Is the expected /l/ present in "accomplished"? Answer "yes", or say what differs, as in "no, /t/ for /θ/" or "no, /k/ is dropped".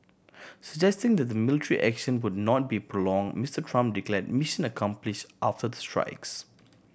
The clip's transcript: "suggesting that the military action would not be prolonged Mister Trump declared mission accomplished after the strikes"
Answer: yes